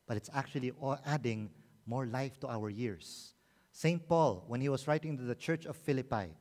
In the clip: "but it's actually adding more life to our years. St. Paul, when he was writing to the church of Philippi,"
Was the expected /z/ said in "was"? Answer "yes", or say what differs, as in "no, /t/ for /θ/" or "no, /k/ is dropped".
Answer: no, /s/ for /z/